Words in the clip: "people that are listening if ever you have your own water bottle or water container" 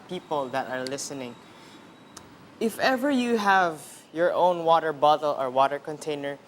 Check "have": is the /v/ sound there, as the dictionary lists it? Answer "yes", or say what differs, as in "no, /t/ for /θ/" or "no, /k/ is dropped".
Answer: yes